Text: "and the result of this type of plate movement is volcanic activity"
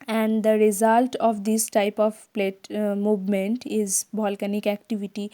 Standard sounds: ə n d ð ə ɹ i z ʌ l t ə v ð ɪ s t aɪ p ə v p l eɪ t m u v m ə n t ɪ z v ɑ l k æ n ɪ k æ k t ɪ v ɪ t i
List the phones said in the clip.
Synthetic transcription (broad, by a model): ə n d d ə ɹ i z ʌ l t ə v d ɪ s t aɪ p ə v p l eɪ t m u v m ə n t ɪ z b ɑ l k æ n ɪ k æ k t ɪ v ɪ t i